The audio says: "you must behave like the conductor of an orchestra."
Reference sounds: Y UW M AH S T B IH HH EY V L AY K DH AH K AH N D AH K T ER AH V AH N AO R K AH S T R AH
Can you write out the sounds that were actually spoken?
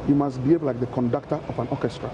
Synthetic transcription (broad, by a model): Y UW M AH S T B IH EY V L AY K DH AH K AH N D AH K T ER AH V AH N AO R K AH S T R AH